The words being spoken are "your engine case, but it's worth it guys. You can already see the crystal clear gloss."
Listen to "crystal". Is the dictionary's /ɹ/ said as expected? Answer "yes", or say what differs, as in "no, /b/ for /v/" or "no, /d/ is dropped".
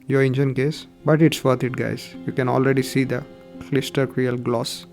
no, /l/ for /ɹ/